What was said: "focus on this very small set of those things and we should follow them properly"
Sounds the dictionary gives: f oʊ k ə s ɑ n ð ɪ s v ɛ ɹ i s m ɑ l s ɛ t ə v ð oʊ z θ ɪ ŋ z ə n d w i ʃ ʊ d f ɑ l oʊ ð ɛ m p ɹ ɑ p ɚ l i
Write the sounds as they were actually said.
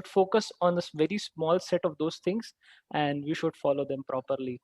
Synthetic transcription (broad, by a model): f oʊ k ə s ɑ n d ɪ s v ɛ ɹ i s m ɑ l s ɛ t ə v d oʊ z t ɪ ŋ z ə n d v i ʃ ʊ d f ɑ l oʊ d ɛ m p ɹ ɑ p ɚ l i